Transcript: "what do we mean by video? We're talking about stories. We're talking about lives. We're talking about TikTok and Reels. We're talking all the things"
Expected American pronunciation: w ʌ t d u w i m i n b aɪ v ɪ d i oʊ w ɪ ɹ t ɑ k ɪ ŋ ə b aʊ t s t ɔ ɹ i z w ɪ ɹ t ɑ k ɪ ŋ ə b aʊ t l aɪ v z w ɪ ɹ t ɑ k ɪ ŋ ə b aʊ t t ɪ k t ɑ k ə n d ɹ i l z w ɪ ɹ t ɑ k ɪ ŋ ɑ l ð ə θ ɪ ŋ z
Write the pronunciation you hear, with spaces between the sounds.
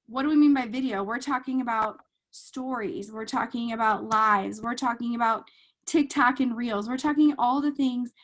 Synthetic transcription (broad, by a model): w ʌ t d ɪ w i m i n b aɪ v ɪ d i oʊ w ɪ ɹ t ɑ k ɪ ŋ ə b aʊ t s t ɔ ɹ i z w ɪ ɹ t ɑ k ɪ ŋ ə b aʊ t l aɪ v z w ɪ ɹ t ɑ k ɪ ŋ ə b aʊ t t ɪ k t ɑ k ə n ɹ i l z w ɪ ɹ t ɑ k ɪ ŋ ɑ l ð ə θ ɪ ŋ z